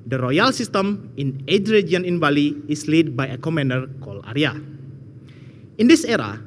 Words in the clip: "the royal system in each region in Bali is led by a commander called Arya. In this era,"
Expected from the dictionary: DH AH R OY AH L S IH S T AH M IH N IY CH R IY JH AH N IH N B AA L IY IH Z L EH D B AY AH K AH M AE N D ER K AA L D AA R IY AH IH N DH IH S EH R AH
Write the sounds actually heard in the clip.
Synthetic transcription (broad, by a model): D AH R OY AH L S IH S T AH M IH N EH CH R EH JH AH N IH N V AA L IY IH S L EH D B AY AH K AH M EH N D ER K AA L AA R IY AH IH N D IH S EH R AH